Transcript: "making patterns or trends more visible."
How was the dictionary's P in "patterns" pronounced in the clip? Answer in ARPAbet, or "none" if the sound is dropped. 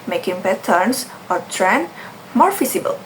B